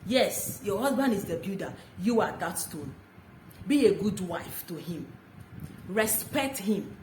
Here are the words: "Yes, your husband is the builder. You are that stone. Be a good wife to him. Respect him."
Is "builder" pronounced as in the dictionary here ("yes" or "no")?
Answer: no